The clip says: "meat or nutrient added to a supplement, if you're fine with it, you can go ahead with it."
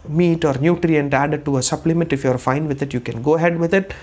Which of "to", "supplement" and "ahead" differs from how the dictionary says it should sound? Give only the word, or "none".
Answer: none